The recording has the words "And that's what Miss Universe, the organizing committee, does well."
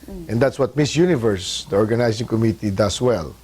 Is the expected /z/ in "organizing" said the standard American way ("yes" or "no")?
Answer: no